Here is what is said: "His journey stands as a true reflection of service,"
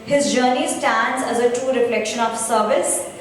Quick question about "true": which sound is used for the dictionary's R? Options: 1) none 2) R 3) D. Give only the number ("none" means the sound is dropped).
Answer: 1